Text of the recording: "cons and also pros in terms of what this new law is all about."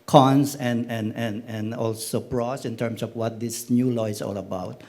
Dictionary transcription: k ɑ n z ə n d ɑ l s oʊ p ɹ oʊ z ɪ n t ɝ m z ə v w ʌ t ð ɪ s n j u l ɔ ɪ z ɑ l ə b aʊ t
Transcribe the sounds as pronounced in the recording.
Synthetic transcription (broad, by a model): k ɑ n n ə n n ɑ l s oʊ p ɹ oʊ s ɪ n t ɝ m s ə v w ʌ t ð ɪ s n j u l ɔ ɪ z ɑ l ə b aʊ t